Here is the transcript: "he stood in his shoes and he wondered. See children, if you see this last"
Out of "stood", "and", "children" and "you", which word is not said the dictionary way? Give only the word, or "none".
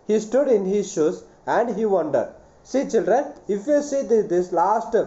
none